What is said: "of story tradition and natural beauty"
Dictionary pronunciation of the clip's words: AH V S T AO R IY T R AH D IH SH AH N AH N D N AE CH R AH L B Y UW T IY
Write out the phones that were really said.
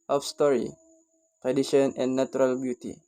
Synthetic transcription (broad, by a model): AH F S T AO R IY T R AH D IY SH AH N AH N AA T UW R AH L B Y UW T IY